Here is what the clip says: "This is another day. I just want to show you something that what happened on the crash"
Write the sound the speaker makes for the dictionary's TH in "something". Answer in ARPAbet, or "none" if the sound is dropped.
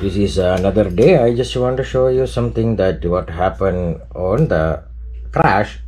T